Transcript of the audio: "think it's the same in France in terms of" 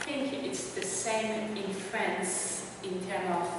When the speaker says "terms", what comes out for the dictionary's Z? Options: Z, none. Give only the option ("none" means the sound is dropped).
none